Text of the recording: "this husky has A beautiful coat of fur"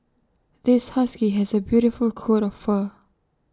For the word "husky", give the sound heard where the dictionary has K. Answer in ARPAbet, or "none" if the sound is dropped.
K